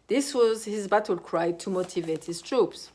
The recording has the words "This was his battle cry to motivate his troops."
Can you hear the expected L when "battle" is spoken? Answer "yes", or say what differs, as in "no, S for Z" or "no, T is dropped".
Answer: yes